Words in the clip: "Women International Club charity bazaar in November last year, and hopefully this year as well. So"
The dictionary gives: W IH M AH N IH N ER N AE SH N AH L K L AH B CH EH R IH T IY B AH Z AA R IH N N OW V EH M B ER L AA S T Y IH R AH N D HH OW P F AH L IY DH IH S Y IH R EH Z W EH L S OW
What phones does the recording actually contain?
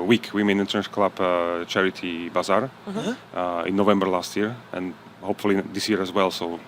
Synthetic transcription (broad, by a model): W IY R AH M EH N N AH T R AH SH K L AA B CH EH R IH T IY B AH Z AA R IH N N OW V EH M B ER L AA S T Y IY R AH N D HH OW P F AH L IY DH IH S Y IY R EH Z W EH L S OW